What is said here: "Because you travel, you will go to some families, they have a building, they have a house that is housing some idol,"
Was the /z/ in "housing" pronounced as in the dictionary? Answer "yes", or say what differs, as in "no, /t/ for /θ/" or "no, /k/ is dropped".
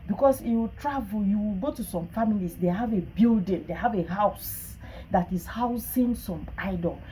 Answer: no, /s/ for /z/